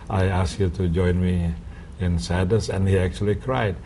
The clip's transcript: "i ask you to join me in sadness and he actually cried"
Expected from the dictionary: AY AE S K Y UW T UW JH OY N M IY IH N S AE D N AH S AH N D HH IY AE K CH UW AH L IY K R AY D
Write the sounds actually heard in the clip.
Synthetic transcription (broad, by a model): AY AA S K Y UW T UW JH OY N M IY IH N S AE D AH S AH N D HH IY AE K CH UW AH L IY K R AY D